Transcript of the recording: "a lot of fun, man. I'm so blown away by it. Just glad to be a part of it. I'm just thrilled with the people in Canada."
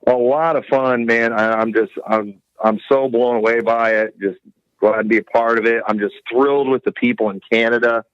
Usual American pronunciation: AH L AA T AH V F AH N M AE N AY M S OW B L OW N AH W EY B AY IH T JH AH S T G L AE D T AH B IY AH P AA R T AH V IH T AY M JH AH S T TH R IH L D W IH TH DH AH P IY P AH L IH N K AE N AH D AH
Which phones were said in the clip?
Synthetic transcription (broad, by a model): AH L AA T AH V F AH N M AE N AY M S OW B L OW N AH W EY B AY IH T JH AH S T G L AE D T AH B IY AH P AA R T AH V IH T AY M JH AH S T TH R IH L D W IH DH AH P IY P L IH N K AE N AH D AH